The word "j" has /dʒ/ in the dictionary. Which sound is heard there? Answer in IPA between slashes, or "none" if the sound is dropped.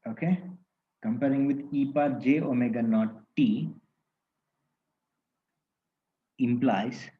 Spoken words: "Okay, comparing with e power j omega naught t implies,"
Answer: /dʒ/